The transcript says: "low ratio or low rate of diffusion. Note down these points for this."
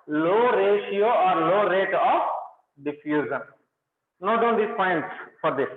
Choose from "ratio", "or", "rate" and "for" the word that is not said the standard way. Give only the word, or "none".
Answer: none